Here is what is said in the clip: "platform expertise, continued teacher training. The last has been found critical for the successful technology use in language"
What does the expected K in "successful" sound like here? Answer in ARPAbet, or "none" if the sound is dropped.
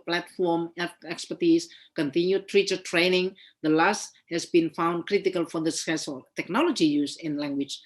none